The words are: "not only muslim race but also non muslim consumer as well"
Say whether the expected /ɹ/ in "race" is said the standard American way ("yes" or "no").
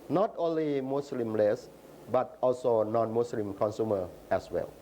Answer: no